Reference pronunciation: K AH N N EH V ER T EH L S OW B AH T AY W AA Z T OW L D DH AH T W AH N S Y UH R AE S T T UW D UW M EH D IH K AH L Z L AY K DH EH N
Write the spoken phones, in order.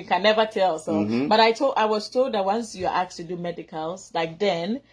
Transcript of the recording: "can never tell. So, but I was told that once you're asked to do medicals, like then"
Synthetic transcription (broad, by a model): K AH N N EH V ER T EH L S OW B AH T AY W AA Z T OW L D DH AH T W AH N S Y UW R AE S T T UW D UW M EH D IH K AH L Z L AY K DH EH N